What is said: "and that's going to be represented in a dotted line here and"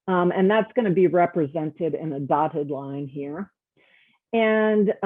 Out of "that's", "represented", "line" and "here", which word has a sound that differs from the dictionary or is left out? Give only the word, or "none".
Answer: none